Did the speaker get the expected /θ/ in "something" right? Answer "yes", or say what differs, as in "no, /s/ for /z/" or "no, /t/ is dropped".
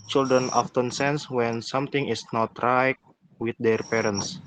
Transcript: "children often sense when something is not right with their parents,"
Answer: no, /t/ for /θ/